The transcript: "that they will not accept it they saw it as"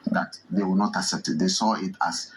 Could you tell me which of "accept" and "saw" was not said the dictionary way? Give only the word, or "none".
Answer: none